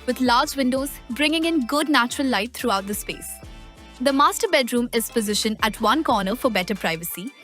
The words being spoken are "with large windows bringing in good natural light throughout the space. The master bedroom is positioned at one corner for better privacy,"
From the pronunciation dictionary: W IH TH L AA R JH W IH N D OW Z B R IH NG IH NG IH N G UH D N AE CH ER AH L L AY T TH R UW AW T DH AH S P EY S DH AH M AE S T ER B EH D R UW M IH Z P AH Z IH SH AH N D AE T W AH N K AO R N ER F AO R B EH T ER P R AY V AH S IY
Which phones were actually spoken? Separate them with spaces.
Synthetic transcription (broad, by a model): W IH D L AA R JH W IH N D OW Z B R IH NG IH NG IH N G UH D N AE CH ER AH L L AY T T R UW AW T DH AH S P EY S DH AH M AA S T ER B EH D R UW M IH Z P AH Z IH SH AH N AE T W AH N K AO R N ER F AO R B EH T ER P R AY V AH S IY